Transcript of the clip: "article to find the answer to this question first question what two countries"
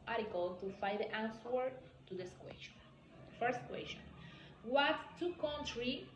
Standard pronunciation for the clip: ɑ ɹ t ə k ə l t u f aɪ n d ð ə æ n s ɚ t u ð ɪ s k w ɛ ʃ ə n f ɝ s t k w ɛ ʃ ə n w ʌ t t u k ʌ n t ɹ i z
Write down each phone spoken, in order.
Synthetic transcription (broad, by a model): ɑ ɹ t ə k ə l t u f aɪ d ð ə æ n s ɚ t u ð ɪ s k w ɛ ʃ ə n f ɝ s t k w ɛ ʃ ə n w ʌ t t u k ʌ n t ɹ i